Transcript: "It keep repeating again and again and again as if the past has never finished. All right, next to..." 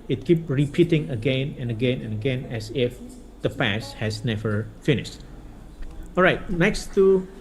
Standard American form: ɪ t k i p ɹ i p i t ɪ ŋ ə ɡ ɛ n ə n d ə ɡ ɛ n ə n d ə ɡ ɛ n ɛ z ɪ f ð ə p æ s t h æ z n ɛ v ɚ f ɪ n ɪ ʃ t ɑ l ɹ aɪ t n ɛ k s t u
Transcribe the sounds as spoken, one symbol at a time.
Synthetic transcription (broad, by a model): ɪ t k i p ɹ i p i t ɪ ŋ ə ɡ ɛ n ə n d ə ɡ ɛ n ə n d ə ɡ ɛ n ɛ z ɪ f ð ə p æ s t h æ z n ɛ v ɚ f ɪ n ɪ ʃ t ɑ l ɹ aɪ t n ɛ k s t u